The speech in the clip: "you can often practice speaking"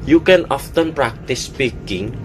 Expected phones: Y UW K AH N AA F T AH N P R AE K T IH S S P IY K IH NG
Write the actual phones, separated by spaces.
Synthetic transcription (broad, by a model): Y UW K AH N AA F T AH N P R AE K T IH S S P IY K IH NG